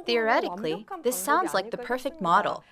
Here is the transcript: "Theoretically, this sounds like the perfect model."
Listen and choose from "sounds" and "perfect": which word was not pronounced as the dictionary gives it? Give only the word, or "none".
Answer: none